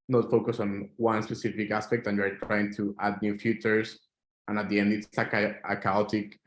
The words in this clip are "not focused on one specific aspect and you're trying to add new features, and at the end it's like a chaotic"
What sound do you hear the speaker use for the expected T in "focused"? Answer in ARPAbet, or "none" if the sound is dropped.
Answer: none